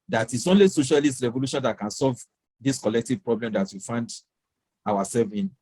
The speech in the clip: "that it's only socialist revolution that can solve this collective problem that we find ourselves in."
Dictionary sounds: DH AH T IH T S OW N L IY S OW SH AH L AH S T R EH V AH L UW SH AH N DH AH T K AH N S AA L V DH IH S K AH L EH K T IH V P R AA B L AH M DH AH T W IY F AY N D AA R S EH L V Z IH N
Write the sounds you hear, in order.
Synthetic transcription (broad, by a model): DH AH T IH T S OW N L IY S OW SH AH L AH S T R EH V AH L UW SH AH N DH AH T K AH N S AA L V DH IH S K AH L EH K T IH V P R AA B L AH M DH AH T W IY F AY N D AA W S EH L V IH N